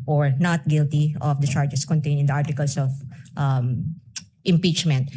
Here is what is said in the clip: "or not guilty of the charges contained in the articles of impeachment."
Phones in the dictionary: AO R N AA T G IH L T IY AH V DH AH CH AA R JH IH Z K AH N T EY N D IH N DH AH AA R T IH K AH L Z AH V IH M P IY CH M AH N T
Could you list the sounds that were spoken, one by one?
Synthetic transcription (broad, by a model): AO R N AA T G IH L T IY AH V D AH CH AA R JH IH S K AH N T EY N IH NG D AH AA R T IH K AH L S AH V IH M P IY CH M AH N T